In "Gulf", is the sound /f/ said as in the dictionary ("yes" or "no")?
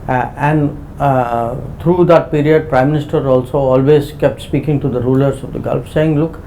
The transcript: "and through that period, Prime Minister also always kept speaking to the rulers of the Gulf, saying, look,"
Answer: yes